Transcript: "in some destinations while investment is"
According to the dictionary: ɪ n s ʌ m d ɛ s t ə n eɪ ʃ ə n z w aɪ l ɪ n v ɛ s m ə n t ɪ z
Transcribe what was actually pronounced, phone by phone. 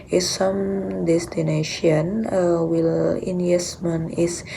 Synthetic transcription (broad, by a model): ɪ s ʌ m d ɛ s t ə n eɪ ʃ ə n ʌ w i l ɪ n ɛ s m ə n ɪ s